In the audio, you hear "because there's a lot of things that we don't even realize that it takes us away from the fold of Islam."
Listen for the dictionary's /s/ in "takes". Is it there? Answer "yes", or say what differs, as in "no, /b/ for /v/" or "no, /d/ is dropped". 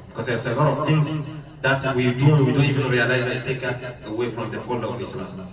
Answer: no, /s/ is dropped